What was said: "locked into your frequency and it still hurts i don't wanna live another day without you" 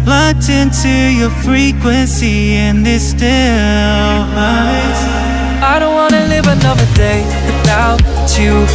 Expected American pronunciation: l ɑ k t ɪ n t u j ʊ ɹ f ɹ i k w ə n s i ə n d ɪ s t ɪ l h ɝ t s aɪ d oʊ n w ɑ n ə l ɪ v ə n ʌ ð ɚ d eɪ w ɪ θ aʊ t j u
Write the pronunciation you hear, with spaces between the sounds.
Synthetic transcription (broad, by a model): l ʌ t ɪ n t u j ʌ ɹ f ɹ i k w ə n s i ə n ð ɪ s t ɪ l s aɪ d oʊ n w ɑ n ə l ɪ v ə n ʌ ð ɚ d eɪ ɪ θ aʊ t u